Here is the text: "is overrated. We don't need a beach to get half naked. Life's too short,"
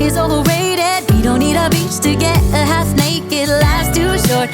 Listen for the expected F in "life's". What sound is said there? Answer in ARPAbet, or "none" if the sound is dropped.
none